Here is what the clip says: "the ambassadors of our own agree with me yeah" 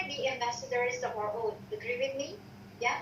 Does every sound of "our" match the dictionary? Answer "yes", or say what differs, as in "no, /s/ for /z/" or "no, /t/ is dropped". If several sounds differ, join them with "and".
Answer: yes